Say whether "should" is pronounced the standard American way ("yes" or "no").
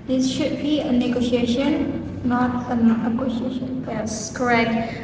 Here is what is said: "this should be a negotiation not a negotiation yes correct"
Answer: yes